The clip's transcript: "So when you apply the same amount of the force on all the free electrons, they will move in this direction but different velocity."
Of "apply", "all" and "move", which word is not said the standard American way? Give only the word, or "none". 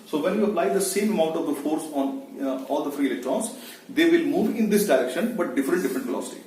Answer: none